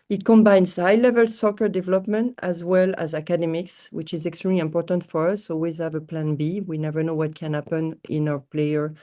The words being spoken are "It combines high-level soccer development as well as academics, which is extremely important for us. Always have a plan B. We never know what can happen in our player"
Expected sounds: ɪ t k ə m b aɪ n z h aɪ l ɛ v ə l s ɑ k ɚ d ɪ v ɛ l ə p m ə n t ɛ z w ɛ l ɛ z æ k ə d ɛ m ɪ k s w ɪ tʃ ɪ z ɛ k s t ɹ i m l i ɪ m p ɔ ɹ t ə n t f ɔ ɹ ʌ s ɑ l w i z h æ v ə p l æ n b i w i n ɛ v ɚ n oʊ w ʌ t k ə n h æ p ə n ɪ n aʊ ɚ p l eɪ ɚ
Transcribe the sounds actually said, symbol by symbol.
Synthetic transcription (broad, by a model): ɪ t k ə m b aɪ n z h aɪ l ɛ v ə l s ɑ k ɚ d ɪ v ɛ l ə p m ə n t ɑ z w ɛ l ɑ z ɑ k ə d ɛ m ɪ k s w ɪ tʃ ɪ z ɛ k s t ɹ i m l i ɪ m p ɔ ɹ t ə n t f ɔ ɹ ʌ s ɑ l w i z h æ v ə p l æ n b i w i n ɛ v ɚ n oʊ w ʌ t k ə n h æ p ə n ɪ n aʊ ɚ p l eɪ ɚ